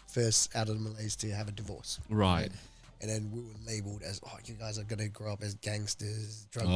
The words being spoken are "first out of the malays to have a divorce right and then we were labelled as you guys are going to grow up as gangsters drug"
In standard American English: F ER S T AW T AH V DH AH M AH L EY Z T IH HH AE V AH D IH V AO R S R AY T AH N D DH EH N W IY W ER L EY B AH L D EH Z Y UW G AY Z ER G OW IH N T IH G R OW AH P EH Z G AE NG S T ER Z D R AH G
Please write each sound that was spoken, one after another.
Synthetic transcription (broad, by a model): F ER S T AW T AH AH M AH L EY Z T IH V AH D IH V AO R S R AY T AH N DH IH N W IY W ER L EY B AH L D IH Z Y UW G AY Z ER G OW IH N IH G R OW AH P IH Z G AE NG S T ER Z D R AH